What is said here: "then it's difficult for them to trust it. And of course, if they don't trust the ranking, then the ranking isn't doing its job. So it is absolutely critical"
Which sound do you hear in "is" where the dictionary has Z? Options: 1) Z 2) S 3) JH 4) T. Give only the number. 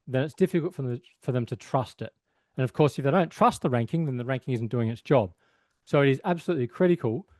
1